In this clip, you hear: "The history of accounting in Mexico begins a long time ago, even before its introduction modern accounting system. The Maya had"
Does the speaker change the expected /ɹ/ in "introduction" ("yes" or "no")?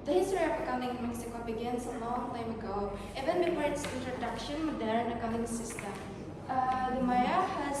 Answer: no